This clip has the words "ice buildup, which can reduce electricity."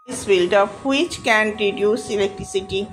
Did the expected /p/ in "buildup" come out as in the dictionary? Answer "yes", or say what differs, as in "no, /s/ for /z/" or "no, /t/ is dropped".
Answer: no, /f/ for /p/